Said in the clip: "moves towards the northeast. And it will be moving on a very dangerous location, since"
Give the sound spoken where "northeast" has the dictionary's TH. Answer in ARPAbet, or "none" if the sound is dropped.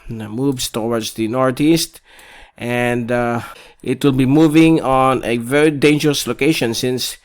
T